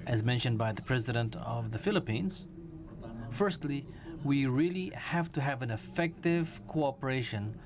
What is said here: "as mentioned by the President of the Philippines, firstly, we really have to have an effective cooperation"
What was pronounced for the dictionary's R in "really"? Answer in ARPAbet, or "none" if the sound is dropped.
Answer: R